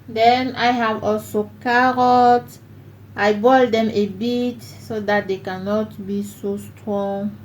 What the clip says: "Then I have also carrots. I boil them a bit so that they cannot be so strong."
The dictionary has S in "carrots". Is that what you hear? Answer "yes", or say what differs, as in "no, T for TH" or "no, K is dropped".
no, S is dropped